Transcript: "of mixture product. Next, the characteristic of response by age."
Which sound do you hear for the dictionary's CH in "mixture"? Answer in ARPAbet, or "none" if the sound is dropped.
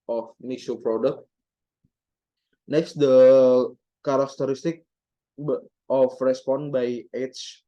none